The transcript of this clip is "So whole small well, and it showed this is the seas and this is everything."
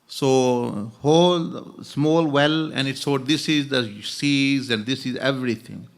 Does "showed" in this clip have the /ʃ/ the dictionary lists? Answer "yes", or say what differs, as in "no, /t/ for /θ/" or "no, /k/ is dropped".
no, /s/ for /ʃ/